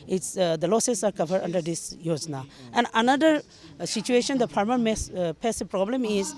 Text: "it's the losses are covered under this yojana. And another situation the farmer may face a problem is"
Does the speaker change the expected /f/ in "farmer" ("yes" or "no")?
yes